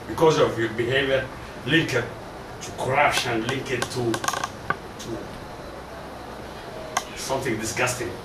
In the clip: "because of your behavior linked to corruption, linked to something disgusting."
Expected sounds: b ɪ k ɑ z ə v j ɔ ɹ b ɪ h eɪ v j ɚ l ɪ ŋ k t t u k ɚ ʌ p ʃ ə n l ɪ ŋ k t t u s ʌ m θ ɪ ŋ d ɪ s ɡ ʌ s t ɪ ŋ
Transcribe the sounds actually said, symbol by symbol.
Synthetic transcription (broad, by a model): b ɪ k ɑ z ə v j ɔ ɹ b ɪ h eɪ v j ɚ l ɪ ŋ k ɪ t u k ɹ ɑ ʃ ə n l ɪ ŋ k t t u s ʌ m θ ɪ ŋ d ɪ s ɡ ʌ s t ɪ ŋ